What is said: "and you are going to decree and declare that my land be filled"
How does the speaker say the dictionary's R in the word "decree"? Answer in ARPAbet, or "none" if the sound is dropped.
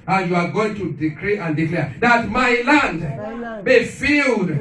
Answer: R